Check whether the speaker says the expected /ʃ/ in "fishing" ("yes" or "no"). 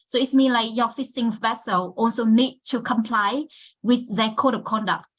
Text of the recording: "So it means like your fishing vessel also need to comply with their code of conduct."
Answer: no